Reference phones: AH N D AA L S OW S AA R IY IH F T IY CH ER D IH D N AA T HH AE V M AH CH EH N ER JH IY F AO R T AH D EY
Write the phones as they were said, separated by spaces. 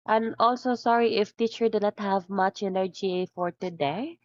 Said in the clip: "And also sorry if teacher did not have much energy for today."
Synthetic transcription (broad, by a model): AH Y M AA L S OW S AA R IY IH F T IY CH ER D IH N AA T HH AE V M AH CH EH N ER JH IY F AO R T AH D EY